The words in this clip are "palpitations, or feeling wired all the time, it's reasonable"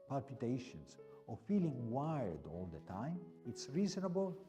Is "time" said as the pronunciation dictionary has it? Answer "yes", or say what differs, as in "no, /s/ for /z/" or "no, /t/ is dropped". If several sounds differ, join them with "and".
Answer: yes